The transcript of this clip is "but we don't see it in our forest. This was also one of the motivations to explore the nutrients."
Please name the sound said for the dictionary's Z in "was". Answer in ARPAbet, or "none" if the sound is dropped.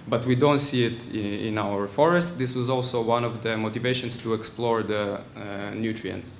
Z